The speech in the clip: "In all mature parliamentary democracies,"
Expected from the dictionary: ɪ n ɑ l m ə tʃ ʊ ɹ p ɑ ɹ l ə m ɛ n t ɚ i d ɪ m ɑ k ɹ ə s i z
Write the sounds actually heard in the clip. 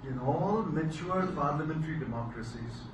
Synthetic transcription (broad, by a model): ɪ n ɑ l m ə tʃ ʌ l p ɑ ɹ l ə m ɛ n t ɚ i d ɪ m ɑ k ɹ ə s i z